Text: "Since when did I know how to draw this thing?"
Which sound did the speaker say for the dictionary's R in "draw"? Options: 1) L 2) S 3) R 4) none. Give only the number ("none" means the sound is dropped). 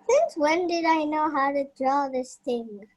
3